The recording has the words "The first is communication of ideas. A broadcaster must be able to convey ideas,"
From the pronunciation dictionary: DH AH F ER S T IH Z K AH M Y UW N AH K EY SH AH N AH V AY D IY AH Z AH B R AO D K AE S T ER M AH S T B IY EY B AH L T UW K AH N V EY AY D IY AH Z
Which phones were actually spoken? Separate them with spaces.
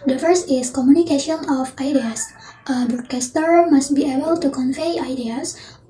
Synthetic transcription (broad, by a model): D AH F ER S IH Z K AH M Y UW N AH K EY SH AH N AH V AY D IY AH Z AH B AO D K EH S T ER M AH S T B IY EY B AH L T UW K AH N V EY AY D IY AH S